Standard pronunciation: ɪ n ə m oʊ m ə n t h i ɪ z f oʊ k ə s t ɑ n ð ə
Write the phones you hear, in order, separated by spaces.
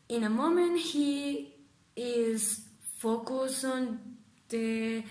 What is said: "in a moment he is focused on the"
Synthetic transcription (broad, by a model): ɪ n ə m oʊ m ə n t h i ɪ z f oʊ k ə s ɑ n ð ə